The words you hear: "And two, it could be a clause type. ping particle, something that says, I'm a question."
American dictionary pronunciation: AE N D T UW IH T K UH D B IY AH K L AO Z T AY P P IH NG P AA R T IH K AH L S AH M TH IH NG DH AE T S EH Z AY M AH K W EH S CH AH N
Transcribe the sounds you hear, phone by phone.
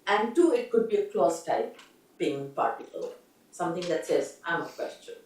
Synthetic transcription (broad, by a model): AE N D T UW IH T K UH D B IY AH K L AO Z T AY P B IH NG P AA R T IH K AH L S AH M T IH NG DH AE T S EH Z AY M AH K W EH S CH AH N